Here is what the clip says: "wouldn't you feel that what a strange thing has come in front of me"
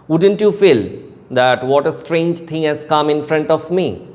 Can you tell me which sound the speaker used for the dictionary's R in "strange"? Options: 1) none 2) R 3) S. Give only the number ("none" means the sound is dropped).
2